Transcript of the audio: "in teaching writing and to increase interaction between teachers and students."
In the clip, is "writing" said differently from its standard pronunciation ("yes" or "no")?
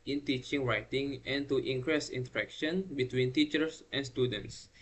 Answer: no